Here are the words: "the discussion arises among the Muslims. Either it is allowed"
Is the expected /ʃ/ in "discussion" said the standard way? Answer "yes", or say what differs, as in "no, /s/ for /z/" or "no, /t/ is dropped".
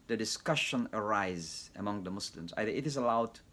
yes